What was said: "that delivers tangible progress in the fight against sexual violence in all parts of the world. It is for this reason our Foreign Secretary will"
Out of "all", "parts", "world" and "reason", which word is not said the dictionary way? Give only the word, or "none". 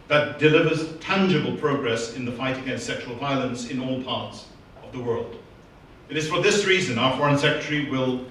none